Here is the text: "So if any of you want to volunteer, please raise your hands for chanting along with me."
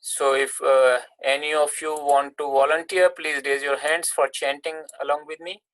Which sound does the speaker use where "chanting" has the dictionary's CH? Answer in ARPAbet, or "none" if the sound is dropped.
CH